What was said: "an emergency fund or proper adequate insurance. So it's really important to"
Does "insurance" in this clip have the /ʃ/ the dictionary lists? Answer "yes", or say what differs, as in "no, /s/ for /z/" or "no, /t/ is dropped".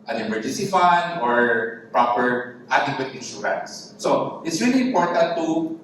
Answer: no, /s/ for /ʃ/